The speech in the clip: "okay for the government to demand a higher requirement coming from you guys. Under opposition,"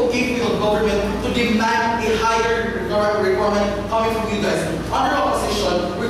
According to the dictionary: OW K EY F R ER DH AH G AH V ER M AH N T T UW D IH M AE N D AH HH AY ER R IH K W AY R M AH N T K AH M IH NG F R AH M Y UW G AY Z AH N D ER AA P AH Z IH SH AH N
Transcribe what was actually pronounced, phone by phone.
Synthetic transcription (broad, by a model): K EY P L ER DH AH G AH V ER M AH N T T UW D IH M AE N D AH HH AY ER R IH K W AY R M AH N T K AH M IH NG F R AH M Y UW G AY Z AH N D ER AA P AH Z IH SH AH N